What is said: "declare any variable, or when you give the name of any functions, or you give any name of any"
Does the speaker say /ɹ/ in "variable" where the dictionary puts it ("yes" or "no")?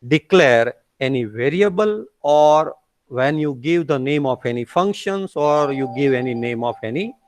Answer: yes